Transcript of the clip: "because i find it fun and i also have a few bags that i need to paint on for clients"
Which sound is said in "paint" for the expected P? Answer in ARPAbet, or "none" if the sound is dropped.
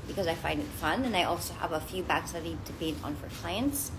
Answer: B